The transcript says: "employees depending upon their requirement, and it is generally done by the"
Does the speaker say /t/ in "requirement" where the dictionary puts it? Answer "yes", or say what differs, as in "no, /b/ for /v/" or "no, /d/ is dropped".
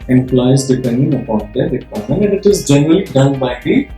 no, /t/ is dropped